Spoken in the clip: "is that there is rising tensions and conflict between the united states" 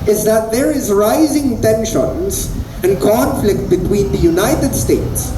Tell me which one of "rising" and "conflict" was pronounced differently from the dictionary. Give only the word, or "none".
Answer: none